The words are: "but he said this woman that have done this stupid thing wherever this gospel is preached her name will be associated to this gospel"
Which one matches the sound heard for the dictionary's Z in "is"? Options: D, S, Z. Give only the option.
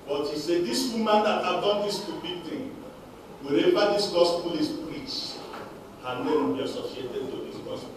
S